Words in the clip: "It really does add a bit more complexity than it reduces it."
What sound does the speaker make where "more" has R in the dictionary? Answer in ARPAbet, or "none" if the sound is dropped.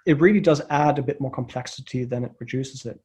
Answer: R